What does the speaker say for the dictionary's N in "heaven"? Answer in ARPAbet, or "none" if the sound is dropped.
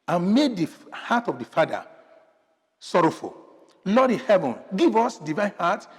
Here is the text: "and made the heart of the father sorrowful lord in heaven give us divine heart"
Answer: N